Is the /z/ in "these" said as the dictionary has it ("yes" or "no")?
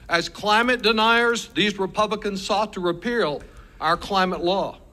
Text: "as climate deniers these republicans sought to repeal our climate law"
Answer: yes